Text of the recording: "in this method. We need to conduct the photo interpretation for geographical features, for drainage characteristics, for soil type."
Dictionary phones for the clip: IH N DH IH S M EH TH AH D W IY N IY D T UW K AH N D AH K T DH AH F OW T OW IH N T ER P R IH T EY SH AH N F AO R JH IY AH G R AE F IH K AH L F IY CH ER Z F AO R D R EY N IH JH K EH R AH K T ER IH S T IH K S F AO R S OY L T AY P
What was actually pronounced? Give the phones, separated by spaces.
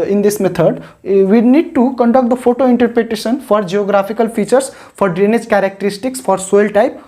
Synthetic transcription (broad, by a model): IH N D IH S M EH T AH D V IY N IY D T UW K AH N D AH K T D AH F OW T OW IH N T ER P R IH T EY SH AH N F AO R JH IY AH G R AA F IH K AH L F IY CH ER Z F AO R D R EY N IH JH K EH R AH K T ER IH S T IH K S F AO R S OY L T AY P